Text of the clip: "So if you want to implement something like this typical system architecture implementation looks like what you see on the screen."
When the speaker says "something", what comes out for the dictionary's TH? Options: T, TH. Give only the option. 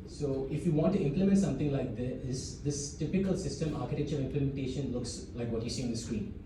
T